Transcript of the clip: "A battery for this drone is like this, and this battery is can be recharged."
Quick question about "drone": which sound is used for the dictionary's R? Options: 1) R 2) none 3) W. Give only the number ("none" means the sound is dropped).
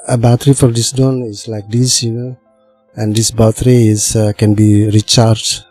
2